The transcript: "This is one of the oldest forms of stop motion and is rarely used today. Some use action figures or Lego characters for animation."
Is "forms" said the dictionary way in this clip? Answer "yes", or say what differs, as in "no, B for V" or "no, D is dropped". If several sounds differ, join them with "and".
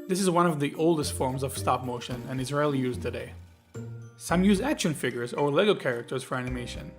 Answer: yes